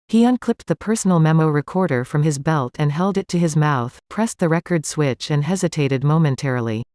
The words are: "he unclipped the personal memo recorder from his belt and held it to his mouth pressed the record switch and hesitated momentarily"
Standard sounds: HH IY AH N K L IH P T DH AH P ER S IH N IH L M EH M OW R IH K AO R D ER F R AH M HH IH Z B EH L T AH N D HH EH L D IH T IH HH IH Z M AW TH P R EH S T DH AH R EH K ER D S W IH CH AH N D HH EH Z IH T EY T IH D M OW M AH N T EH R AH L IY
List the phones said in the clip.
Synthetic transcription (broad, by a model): HH IY AH N K L IH P T DH AH P ER S N L M EH M OW R IH K AO R D ER F R AH M IH Z B EH L T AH N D HH EH L D IH T IH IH Z M AW TH P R EH S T DH AH R EH K ER D S W IH CH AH N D HH EH Z IH T EY T IH D M OW M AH N T EH R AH L IY